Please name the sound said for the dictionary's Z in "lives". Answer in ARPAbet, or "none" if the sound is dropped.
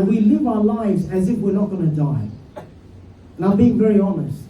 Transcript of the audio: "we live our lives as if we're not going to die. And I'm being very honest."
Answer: Z